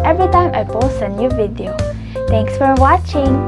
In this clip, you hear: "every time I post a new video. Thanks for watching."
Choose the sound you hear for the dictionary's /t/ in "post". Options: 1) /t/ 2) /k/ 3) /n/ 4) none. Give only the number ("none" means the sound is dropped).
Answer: 4